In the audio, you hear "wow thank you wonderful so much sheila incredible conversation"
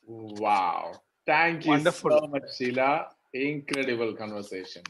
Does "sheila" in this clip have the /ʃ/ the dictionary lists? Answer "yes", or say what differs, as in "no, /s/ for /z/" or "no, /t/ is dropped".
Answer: no, /s/ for /ʃ/